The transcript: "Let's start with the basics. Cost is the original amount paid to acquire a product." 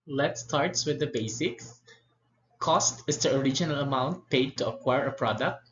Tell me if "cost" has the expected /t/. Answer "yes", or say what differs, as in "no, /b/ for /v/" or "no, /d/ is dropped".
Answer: yes